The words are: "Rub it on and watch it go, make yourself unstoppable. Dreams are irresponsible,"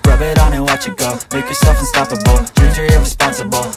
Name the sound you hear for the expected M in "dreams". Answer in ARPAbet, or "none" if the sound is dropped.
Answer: none